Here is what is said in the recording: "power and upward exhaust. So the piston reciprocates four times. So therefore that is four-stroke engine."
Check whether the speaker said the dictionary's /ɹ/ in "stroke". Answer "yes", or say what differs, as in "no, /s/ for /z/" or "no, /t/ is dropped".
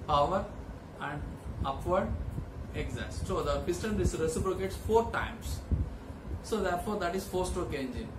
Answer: no, /ɹ/ is dropped